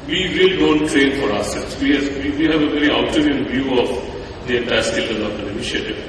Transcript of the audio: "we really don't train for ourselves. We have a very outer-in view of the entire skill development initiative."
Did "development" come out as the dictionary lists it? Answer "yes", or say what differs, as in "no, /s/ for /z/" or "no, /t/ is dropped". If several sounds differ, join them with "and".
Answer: no, /m/ is dropped and /t/ is dropped